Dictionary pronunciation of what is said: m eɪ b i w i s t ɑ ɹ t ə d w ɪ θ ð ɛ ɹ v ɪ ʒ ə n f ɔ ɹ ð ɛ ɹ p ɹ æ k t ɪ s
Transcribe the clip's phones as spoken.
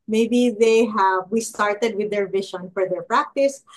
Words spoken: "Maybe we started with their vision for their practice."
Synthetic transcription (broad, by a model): m eɪ b i w i s t ɑ ɹ t ə d w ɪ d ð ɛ ɹ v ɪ ʃ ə n f ɔ ɹ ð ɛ ɹ p ɹ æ k t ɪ s